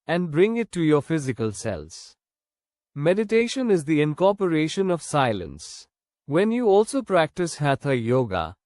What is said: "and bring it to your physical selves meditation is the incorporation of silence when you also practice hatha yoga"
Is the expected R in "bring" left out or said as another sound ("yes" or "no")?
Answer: no